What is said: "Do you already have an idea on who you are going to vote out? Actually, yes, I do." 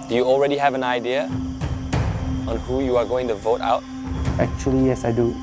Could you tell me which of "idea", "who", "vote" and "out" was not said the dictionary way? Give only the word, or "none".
none